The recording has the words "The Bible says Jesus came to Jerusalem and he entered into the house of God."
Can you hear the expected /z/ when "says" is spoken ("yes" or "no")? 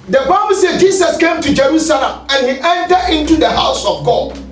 no